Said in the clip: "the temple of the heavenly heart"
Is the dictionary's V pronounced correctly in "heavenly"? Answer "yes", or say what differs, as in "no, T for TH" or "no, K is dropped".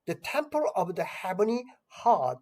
no, B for V